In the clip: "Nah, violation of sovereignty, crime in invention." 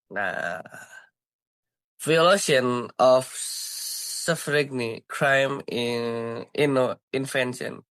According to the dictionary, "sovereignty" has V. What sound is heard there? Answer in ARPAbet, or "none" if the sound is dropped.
F